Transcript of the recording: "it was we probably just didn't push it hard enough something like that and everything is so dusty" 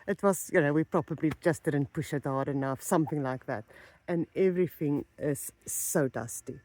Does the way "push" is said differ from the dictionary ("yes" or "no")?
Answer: no